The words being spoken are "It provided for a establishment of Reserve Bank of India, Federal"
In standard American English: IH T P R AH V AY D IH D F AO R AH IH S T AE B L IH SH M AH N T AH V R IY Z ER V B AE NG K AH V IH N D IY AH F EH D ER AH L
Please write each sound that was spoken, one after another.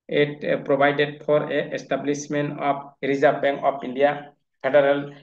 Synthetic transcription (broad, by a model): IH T P R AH B AY D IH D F AO R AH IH S T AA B L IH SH M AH N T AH P R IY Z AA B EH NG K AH P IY N D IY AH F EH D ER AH L